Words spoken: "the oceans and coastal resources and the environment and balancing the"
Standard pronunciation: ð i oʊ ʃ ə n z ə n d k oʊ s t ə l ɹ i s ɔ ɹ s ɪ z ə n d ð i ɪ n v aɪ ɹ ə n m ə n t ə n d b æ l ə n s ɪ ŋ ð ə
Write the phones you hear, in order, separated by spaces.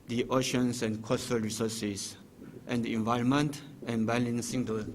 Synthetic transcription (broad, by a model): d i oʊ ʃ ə n s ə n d k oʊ s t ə l ɹ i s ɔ s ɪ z ə n d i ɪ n v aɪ ə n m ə n t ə n b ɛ l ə n s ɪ ŋ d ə